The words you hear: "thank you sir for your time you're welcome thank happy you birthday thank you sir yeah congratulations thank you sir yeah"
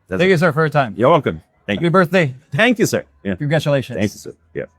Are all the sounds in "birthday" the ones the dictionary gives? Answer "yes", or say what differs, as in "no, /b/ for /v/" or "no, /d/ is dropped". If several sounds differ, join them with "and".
yes